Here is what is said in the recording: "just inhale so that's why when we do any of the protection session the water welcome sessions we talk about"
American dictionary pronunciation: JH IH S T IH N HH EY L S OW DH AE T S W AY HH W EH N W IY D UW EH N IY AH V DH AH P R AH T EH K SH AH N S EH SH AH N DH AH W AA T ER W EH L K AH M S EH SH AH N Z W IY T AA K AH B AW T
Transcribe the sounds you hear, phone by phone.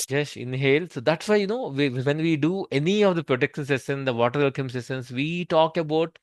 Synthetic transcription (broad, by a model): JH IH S IH N HH EY L S OW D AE T S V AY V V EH N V IY D UW EH N IY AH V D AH P R AH T EH K SH AH N S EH S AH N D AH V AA T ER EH L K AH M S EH S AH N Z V IY T AA K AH B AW T